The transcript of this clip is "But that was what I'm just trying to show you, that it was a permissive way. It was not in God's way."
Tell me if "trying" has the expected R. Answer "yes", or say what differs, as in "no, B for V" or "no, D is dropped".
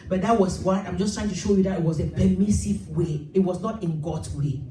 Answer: yes